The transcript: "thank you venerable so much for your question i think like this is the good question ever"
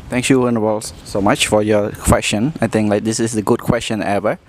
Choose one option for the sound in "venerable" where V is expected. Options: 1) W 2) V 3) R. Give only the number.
1